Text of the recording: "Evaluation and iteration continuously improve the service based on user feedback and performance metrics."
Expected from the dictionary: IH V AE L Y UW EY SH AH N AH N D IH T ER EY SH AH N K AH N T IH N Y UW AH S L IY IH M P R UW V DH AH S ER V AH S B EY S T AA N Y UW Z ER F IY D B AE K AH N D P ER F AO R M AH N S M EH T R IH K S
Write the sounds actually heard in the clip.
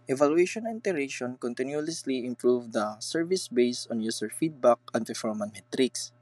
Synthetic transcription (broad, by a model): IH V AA L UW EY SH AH N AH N T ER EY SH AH N K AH N T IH N Y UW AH S L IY IH M P R UW V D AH S ER V AH S B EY S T AA N Y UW S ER F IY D B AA K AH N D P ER F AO R M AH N M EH T R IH K S